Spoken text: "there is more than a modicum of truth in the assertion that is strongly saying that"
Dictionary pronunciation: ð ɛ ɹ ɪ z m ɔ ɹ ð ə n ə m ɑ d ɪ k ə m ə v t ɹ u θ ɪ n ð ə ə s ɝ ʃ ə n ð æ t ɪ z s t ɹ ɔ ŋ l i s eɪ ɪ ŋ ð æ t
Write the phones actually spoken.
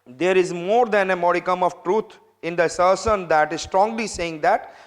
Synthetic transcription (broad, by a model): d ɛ ɹ ɪ z m ɔ ɹ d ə n ə m ɑ d ɪ k ə m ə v t ɹ u t ɪ n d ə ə s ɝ s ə n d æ t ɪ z s t ɹ ɔ ŋ l i s eɪ ɪ ŋ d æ t